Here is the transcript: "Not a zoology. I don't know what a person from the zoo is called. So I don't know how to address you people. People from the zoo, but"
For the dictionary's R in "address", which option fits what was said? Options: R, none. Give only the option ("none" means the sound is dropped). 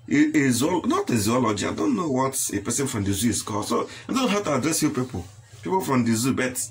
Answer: R